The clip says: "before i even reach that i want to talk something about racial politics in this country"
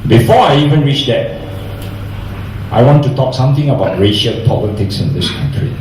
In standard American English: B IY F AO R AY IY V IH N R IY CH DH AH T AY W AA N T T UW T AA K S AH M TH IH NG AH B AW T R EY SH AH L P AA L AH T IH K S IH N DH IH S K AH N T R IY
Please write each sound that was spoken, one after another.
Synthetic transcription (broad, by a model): B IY F AO AY IY V IH N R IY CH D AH T AY W AA N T T UW T AA K S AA M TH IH NG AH B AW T R EY SH AH L P AA L AH T IH K S IH N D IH S K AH N T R IY